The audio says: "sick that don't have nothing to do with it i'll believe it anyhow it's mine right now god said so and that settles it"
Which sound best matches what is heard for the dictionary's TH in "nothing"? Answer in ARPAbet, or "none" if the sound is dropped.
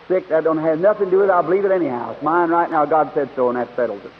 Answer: TH